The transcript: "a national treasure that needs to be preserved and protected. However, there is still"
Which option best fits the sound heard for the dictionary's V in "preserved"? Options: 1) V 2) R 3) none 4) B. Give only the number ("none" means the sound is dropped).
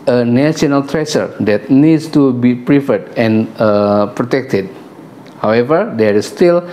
3